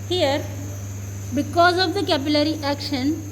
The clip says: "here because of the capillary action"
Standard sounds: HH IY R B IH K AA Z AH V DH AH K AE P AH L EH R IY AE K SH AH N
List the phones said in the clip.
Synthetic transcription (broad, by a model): HH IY R B IH K AA Z AH V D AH K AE B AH L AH R IY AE K SH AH N